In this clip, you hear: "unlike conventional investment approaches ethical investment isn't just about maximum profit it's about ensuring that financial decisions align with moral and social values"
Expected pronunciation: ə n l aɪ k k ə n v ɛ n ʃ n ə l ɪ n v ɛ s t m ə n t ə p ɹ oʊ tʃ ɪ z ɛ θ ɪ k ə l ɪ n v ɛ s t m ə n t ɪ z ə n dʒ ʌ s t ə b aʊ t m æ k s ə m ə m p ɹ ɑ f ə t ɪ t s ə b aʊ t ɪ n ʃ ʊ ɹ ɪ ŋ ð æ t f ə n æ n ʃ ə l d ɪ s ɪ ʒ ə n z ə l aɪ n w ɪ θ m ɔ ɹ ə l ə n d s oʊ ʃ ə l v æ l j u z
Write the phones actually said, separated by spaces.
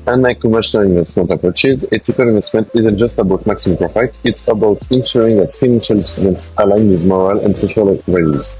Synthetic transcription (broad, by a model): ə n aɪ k k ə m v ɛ ʃ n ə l ɪ n v ɛ s t m ə n t ə p ɹ oʊ tʃ ɪ z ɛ t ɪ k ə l ɪ n v ɛ s t m ə n t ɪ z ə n dʒ ʌ s t ə b aʊ t m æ k s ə m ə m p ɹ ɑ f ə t ɪ t s ə b aʊ t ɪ n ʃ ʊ ɹ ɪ ŋ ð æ t f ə n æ n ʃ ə l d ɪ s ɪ z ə n s ə l aɪ n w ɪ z m ɔ ɹ ə l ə n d s oʊ ʃ ə l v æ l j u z